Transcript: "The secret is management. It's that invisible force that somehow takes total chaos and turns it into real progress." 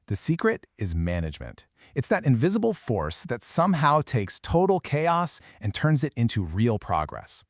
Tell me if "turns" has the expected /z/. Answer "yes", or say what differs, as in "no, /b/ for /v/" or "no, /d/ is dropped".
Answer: yes